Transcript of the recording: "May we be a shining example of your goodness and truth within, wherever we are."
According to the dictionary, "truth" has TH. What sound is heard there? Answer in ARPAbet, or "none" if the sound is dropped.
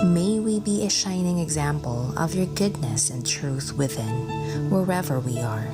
TH